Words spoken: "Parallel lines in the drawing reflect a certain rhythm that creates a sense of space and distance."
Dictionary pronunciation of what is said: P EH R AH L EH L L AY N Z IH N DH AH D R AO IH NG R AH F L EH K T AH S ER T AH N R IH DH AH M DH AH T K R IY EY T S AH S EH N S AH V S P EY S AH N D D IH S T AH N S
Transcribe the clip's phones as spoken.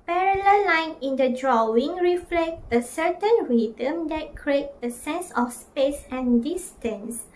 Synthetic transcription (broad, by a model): P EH R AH L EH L L AY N IH N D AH D R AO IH NG R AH F L EH K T AH S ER T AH N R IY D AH M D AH T K R IY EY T AH S EH N S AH F S P EY S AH N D D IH S T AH N S